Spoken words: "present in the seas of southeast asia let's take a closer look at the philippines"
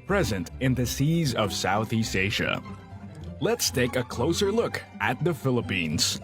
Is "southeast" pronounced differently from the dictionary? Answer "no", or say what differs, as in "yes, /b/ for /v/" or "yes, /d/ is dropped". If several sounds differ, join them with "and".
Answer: no